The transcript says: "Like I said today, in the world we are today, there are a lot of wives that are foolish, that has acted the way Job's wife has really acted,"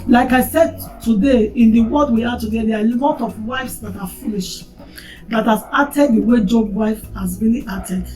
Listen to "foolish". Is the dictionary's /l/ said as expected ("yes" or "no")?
yes